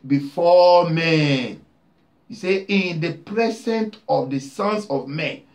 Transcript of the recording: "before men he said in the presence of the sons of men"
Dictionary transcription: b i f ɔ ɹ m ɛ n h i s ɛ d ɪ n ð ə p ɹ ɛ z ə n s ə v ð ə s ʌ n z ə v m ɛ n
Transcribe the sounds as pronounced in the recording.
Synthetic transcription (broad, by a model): b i f ɔ m ɛ n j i s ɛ ɪ n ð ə p ɹ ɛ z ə n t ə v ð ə s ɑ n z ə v m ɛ n